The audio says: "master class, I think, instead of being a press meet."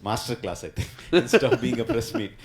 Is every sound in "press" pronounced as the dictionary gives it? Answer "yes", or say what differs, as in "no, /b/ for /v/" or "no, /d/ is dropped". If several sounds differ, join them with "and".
yes